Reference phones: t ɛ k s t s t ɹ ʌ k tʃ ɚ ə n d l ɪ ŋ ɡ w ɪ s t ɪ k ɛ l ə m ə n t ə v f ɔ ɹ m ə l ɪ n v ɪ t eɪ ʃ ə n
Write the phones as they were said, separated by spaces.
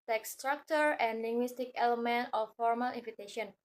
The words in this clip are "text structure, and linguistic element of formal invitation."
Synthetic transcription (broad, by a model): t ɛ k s s t ɹ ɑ k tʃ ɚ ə n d l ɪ ŋ ɡ w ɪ s t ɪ k ɛ l ə m ə n t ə f ɔ ɹ m ə l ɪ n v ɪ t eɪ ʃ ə n